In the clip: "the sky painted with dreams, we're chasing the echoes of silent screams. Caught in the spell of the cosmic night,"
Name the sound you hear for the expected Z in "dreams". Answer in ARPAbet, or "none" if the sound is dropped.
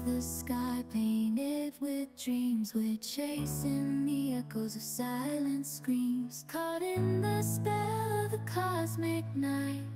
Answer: Z